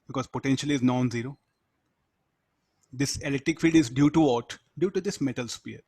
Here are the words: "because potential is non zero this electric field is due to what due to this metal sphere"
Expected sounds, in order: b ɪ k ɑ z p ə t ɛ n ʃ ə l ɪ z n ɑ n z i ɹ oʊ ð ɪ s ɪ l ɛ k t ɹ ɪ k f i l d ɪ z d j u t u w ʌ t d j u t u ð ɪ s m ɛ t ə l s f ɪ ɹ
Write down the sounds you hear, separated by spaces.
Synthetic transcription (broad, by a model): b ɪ k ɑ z p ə t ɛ n ʃ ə l ɪ z n ɑ n z i ɹ oʊ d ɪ s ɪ l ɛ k t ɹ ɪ k f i d ɪ z d j u t u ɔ t d j u t u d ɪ s m ɛ t ə l s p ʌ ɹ